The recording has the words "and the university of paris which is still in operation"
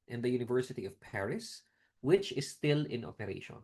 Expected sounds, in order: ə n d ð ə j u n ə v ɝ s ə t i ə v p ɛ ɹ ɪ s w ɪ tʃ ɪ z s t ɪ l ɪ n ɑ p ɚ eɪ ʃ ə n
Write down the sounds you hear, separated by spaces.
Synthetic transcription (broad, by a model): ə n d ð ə j u n ə v ɝ s ə t i ə v p ɛ ɹ ɪ s w ɪ tʃ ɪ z s t ɪ l ɪ n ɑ p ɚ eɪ ʃ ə n